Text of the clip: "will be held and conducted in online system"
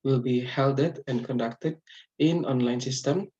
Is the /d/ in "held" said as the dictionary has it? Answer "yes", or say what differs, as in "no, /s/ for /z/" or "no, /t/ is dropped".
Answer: yes